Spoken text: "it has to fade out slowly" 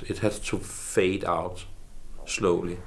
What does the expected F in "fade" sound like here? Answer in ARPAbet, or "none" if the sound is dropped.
F